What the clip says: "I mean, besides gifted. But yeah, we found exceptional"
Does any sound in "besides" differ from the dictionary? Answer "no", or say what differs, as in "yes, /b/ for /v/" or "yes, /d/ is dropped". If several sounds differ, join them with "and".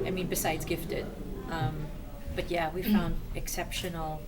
no